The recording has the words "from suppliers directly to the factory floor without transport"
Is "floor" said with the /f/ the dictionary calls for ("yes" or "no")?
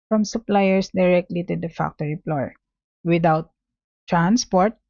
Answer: no